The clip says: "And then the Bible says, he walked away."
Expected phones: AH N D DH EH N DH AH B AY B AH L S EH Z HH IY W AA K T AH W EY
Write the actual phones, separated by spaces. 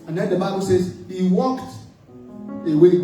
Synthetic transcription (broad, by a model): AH N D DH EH N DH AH B AY B AH L S EH Z HH IY W AA K T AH W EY